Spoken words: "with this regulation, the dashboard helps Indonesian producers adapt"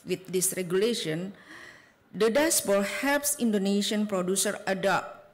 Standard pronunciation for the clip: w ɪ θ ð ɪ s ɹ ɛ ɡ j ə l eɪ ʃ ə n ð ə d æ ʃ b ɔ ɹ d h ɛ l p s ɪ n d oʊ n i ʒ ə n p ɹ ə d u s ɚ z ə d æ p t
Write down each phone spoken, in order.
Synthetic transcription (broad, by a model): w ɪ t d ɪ s ɹ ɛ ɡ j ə l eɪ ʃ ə n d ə d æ s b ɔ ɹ h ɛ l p s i n d oʊ n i ʃ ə n p ɹ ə d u s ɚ ə d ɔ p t